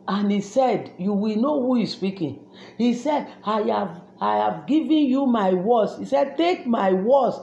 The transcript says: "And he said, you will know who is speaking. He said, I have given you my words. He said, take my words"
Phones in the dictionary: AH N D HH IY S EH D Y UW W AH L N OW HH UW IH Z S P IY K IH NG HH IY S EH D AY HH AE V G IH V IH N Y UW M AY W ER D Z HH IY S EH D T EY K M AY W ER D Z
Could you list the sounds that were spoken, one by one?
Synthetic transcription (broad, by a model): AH N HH IY S EH D Y UW W AH L N OW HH UW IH S P IY K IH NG HH IY S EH D AY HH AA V G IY V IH N Y UW M AY W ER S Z HH IY S EH D T EY K M AY W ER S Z